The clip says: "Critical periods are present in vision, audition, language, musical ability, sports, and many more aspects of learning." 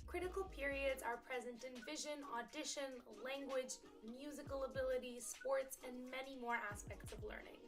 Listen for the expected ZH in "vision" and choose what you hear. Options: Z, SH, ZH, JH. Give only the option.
ZH